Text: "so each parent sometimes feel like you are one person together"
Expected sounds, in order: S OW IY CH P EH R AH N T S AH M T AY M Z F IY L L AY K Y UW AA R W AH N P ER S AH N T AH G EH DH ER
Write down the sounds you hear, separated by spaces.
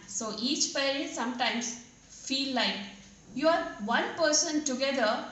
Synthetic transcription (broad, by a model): S OW IY CH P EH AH T S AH M T AY M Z F IY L L AY K Y UW AA R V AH N P ER S AH N T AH G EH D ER